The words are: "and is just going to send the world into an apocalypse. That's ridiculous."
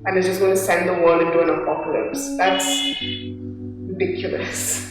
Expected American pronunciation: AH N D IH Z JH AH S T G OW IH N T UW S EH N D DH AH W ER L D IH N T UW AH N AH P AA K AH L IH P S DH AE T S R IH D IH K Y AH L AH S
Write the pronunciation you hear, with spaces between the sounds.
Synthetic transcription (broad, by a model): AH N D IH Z JH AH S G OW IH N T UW S EH N D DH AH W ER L IH N T UW AH N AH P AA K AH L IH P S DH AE T S R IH D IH K Y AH L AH S